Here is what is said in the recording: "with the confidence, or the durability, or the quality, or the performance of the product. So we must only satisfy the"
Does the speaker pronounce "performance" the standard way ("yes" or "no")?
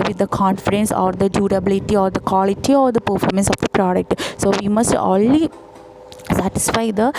yes